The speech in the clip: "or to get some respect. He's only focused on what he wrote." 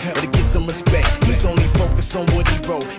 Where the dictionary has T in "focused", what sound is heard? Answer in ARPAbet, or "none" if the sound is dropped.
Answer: none